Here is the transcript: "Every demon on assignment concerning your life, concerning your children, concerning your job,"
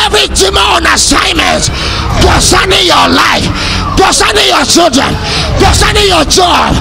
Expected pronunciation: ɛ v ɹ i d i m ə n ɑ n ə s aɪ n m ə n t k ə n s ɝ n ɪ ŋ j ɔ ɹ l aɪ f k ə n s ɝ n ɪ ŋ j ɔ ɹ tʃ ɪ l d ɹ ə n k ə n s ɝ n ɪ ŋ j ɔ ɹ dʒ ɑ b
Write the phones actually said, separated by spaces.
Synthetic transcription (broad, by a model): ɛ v ɹ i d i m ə ɑ n ə s aɪ n m ə n t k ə s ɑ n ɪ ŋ j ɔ l aɪ f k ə s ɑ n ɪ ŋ j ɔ tʃ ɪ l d ɹ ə n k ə s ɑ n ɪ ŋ j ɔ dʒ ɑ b